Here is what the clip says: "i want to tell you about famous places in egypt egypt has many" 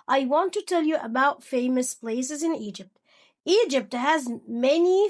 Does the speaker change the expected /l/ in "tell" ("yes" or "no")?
no